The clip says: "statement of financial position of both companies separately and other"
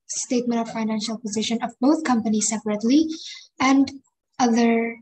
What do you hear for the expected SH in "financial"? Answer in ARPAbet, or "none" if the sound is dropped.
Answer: SH